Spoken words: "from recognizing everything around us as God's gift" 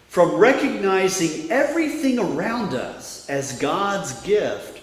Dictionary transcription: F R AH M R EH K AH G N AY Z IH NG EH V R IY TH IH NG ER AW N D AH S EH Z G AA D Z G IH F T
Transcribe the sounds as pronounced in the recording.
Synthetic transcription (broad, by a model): F R AH M R EH K AH G N AY Z IH NG EH V R IY TH IH NG ER AW N D AH S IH Z G AA D Z G IH F T